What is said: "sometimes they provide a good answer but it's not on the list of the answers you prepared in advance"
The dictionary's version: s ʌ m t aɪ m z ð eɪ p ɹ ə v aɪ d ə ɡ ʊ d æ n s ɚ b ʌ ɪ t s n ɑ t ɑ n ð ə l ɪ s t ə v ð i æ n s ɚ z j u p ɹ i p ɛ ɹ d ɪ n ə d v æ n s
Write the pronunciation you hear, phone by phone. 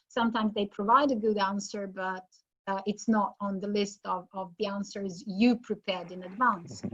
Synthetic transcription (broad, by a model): s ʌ m t aɪ m z ð eɪ p ɹ ə v aɪ d ə ɡ ʊ d æ n s ɚ b ʌ ɪ t s n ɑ t n ð ə l ɪ s t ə v ð i æ n s ɚ z j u p ɹ i p ɛ ɹ d ɪ n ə d v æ n s